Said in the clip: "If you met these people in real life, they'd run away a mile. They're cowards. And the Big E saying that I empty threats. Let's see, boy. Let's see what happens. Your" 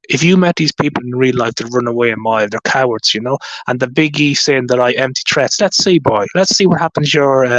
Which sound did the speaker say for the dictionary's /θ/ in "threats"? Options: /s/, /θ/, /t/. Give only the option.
/t/